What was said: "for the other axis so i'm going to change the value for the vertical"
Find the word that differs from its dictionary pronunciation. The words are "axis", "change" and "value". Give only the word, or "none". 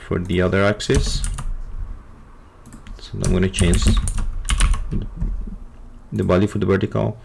value